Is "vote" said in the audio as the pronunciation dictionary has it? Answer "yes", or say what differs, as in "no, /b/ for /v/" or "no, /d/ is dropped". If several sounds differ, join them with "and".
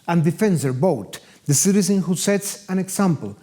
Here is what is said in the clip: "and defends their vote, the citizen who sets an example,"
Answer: no, /b/ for /v/